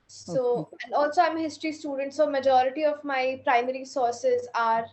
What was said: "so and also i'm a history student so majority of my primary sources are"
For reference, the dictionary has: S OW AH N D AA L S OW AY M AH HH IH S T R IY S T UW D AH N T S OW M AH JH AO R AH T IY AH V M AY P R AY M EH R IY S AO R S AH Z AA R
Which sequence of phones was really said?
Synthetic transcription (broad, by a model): S OW AH N D AA L S OW AY M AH HH IH S T R IY S T UW D AH N T S OW M AH JH AO R AH T IY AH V M AY P R AY M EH R IY S AO R S AH Z AA R